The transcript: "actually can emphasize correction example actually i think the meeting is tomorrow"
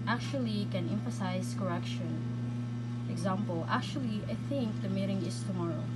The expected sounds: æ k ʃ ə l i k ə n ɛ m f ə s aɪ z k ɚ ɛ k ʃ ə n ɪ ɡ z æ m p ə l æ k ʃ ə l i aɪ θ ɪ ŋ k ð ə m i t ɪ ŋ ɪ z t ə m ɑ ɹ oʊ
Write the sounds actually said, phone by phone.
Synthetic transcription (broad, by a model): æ k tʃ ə l i k ə n ɛ m f ə s aɪ z k ɚ ɛ k ʃ ə n ɪ ɡ z æ m p ə l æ k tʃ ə l i aɪ θ ɪ ŋ k ð ə m i t ɪ ŋ ɪ z t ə m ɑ ɹ oʊ